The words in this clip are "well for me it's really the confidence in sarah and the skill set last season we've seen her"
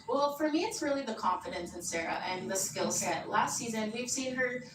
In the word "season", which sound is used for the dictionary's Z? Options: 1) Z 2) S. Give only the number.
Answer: 1